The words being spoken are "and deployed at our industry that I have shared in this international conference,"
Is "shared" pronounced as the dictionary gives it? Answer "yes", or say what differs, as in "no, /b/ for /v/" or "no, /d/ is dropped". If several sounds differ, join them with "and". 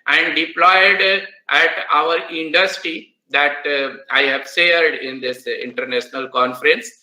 no, /s/ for /ʃ/